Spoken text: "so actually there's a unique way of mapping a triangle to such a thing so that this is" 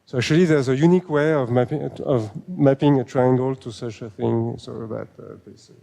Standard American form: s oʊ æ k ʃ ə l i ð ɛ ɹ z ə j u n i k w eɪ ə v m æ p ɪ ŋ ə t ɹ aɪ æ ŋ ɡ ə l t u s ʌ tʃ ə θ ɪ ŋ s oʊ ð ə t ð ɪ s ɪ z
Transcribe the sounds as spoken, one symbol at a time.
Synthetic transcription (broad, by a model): s oʊ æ k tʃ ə l i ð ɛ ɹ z ə j u n i k w eɪ ə v m æ p ɪ ŋ ə t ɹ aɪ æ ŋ ɡ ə l t u s ʌ tʃ ə θ ɪ ŋ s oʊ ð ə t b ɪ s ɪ